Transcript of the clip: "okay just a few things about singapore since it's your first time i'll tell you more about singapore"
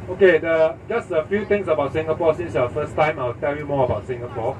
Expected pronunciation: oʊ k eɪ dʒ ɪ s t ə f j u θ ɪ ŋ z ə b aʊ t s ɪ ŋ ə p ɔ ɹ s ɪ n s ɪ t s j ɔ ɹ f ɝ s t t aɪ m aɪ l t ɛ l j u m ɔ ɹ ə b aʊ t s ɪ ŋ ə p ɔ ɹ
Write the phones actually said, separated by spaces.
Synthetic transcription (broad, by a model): oʊ k eɪ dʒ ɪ s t ə f j u t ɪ ŋ s ə b aʊ t s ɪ ŋ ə p ɔ s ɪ n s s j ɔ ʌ f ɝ s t t aɪ m aɪ l t ɛ l j u m ɔ ə b aʊ t s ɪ ŋ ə p ɔ